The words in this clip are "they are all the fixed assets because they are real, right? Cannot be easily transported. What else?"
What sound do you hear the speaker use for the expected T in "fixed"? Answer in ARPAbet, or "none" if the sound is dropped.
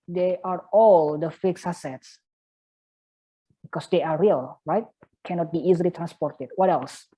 none